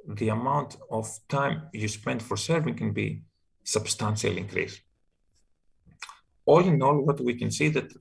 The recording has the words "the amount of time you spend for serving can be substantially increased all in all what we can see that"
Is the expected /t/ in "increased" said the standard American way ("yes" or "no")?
no